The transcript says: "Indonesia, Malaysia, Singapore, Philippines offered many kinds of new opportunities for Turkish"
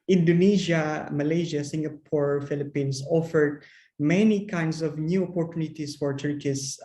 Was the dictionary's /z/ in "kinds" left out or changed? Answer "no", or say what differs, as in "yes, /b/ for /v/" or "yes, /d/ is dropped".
yes, /s/ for /z/